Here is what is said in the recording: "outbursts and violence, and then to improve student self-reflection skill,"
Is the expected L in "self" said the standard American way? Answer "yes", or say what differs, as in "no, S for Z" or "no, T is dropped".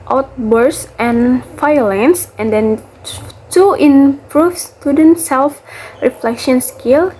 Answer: yes